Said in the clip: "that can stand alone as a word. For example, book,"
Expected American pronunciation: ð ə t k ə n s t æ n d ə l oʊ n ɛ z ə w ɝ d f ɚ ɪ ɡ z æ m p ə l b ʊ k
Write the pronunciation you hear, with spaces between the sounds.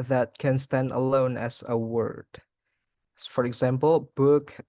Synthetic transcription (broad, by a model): ð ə t k ə n s t æ n d ə l oʊ n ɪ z ə w ɝ d f ɚ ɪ ɡ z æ m p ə l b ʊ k